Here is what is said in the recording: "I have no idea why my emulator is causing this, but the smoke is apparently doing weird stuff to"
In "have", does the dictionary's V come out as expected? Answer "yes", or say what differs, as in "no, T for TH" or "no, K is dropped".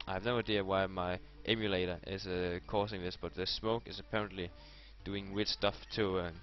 yes